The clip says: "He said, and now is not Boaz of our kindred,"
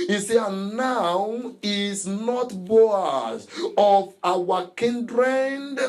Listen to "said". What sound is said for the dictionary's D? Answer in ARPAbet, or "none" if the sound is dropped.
none